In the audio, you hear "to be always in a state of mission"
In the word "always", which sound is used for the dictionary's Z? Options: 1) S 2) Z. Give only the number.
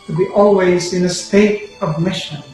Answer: 2